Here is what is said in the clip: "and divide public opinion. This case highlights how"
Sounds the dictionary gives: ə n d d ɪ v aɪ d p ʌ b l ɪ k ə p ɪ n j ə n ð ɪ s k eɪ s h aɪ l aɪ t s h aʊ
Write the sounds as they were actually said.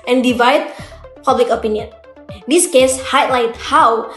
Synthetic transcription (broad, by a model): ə n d d ɪ v aɪ d p ʌ b l ɪ k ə p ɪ n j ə n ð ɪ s k eɪ s h aɪ l aɪ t h aʊ